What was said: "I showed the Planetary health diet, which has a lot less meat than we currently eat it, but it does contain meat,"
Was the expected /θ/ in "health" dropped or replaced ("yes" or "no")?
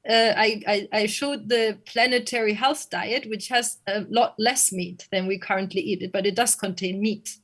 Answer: no